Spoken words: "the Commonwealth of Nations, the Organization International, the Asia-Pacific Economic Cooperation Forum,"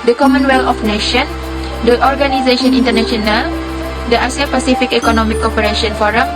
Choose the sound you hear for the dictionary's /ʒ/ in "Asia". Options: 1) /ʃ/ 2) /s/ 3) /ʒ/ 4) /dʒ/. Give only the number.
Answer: 2